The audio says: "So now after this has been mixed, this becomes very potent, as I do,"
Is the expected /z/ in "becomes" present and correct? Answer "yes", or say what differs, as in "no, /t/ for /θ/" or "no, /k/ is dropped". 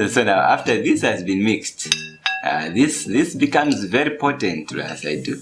yes